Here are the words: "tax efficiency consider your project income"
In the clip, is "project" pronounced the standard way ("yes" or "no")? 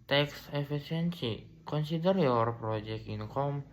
no